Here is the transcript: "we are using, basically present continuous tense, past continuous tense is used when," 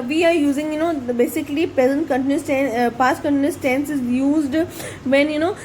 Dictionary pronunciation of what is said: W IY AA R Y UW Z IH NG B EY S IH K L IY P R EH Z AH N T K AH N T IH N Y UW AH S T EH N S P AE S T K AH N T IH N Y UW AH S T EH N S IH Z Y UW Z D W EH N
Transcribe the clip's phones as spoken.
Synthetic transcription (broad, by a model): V IY AA R Y UW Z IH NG B EY S IH K L IY P R EH Z AH N T K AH N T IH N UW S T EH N P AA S K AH N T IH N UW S T EH N S IH Z Y UW Z D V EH N